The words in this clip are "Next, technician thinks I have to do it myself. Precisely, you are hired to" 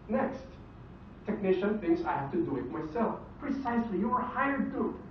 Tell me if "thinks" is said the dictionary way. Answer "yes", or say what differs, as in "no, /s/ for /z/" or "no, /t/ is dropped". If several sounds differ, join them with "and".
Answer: no, /k/ is dropped